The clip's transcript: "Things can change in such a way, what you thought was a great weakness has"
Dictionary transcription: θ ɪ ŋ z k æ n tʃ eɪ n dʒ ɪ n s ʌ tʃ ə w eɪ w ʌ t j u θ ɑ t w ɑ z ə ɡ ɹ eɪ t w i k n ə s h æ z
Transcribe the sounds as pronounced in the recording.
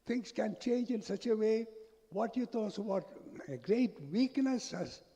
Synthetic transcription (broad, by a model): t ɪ ŋ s k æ n tʃ eɪ n dʒ ɪ n s ʌ tʃ ə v eɪ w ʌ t j u t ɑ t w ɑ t ə ɡ ɹ eɪ t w i k n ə s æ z